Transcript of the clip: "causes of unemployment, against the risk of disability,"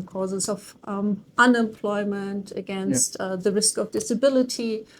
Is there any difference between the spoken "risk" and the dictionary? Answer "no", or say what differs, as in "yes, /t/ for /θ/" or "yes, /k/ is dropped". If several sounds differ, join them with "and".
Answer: no